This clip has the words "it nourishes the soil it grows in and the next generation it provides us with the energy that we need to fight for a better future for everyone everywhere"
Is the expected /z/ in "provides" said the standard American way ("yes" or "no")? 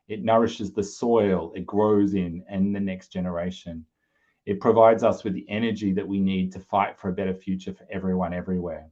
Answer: yes